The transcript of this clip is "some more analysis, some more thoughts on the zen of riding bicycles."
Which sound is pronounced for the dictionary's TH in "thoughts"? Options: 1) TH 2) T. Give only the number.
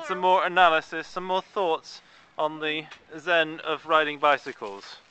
1